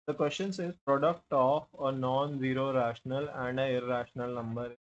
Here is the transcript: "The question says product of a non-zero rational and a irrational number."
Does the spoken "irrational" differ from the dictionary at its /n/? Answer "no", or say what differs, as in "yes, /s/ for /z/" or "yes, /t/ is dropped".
no